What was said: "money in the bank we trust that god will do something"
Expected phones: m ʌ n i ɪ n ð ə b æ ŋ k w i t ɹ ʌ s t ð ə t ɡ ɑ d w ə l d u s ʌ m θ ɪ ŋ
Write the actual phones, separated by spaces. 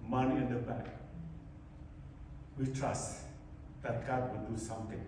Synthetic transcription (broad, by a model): m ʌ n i ɪ n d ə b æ k w i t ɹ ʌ s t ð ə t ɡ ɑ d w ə d u s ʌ m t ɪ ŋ